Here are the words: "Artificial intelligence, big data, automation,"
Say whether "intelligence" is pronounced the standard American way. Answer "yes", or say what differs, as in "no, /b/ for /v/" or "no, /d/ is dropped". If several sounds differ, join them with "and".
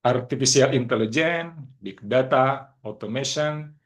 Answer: no, /s/ is dropped